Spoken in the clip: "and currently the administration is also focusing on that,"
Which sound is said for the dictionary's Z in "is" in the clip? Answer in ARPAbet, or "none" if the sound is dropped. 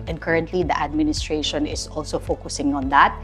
S